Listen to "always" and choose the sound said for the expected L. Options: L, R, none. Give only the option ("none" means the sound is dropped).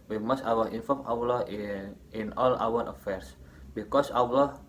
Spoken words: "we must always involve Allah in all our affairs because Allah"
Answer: none